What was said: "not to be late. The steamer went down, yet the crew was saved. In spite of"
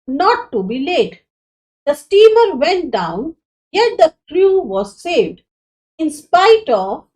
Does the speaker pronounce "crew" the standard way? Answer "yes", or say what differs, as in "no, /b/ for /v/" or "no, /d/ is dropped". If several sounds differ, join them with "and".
no, /l/ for /ɹ/